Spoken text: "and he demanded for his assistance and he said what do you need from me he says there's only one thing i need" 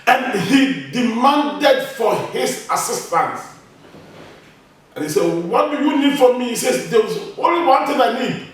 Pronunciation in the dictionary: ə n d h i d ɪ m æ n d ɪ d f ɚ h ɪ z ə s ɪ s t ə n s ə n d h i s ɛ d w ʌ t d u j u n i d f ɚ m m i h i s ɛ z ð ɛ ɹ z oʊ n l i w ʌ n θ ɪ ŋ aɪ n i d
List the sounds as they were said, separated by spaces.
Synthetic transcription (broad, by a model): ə n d h i d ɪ m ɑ n d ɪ d f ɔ h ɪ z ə s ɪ s t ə n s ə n h i s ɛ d w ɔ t d u j u n i d f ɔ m m i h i s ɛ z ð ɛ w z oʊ l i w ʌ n t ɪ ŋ aɪ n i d